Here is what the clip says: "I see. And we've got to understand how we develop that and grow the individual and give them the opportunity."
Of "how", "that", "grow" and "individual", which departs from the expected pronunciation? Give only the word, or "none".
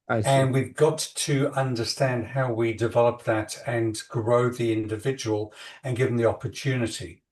none